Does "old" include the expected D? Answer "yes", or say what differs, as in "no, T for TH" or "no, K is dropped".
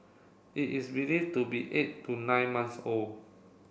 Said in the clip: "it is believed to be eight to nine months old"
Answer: no, D is dropped